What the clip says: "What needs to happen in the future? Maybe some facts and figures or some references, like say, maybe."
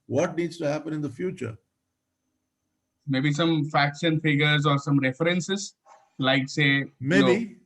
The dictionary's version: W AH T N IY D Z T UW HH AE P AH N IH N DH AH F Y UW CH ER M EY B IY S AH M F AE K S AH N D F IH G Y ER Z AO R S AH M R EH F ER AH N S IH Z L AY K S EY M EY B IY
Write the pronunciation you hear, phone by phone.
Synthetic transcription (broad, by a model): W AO T N IY D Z T UW HH AE P AH N IH N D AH F Y UW CH ER M EY B IY S AH M F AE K SH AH N F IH G ER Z AO R S AH M R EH F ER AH N S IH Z L AY K S EY M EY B IY